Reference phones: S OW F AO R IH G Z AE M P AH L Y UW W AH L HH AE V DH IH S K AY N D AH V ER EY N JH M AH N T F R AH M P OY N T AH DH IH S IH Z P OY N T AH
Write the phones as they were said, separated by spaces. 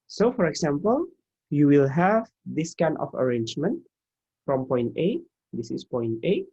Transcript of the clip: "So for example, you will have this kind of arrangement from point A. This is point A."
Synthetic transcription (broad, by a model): S OW F AO R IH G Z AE M P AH L Y UW W AH L HH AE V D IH S K AY N AH F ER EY N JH M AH N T F R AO M P OY N T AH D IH S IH S P OY N T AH